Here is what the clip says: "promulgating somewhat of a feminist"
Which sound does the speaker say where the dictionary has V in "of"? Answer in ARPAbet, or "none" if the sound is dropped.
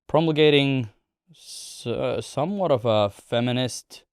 V